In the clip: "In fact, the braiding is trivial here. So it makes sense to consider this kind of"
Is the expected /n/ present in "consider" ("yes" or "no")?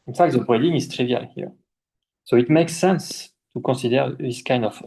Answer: no